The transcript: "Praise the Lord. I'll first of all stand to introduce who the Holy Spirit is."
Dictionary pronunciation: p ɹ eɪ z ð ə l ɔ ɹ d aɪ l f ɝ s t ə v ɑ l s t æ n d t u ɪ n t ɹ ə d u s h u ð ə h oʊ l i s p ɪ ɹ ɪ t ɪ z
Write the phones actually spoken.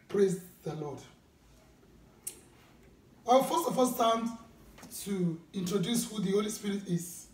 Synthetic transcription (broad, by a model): p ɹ eɪ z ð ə l ɔ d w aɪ w f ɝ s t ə f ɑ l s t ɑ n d t u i n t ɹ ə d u s h u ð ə h oʊ l i s p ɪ ɹ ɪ t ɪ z